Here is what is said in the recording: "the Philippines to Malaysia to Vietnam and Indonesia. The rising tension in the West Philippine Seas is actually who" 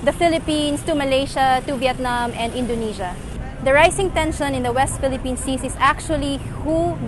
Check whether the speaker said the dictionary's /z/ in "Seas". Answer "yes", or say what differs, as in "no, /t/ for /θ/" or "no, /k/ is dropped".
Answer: no, /s/ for /z/